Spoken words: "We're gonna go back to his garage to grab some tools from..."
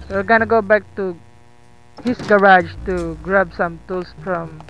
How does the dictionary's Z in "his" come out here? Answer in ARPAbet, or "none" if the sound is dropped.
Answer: S